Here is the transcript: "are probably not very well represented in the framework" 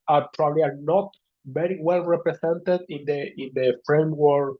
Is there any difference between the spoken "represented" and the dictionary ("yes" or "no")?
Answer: yes